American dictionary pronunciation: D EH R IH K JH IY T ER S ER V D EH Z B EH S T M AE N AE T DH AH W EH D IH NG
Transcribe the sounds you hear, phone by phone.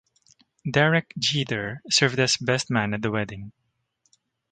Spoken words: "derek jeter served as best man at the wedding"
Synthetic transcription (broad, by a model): D EH R IH K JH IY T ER S ER V D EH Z B EH S T M AE N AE T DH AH W EH D IH NG